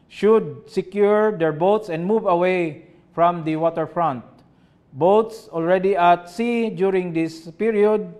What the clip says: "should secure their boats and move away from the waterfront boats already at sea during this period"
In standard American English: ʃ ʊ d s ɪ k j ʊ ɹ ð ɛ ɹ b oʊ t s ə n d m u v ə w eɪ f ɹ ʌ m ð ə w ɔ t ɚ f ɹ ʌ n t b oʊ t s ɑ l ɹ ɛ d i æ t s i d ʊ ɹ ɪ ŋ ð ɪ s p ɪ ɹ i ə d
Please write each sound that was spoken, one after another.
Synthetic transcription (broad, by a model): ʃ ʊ d s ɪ k j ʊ ɹ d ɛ ɹ b oʊ t s ə n d m u v ə w eɪ f ɹ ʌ m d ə w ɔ t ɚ f ɹ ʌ n t b oʊ t s ɑ l ɹ ɛ d i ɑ t s i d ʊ ɹ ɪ ŋ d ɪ s p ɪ ɹ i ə d